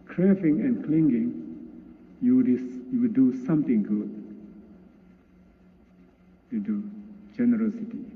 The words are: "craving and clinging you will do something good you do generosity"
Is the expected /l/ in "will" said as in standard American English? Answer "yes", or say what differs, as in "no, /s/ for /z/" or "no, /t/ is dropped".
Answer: no, /w/ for /l/